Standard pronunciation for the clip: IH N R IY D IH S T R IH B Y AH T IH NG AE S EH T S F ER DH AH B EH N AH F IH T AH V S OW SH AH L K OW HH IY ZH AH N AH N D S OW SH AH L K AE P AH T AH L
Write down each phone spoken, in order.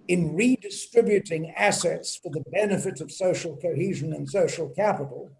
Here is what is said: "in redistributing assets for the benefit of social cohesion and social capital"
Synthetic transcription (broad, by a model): IH N R IY D IH S T R IH B Y AH T IH NG AE S EH T S F ER DH AH B EH N AH F IH T AH V S OW SH L K OW HH IY ZH AH N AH N S OW SH L K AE P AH T L